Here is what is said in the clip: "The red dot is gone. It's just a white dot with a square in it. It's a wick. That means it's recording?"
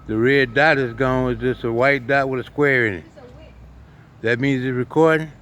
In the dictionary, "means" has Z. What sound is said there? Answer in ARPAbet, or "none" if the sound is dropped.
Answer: Z